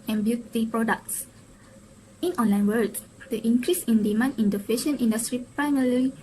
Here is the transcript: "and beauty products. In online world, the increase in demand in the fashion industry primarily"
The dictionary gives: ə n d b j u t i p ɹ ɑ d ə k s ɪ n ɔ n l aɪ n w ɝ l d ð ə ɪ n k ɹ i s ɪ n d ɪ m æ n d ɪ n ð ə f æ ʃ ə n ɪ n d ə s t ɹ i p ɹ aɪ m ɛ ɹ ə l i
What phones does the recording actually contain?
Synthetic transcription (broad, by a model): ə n b j u t i p ɹ ɑ d ə k s ɪ n ɔ n l aɪ n w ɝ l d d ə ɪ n k ɹ i s ɪ n d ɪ m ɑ n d ɪ n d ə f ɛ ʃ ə n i n d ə s t ɹ i p ɹ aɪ m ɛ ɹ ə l i